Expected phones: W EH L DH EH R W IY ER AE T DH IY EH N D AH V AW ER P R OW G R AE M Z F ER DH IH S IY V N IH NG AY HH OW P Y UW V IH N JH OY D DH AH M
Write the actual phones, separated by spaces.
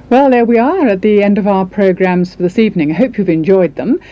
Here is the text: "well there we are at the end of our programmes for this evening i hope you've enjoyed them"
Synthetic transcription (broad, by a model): W EH L DH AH R W IY ER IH T DH IY EH N D AH V AW ER P R OW G R AE M Z F ER DH IH S IY V N IH NG AY HH OW P Y UW V IH N JH OY D DH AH M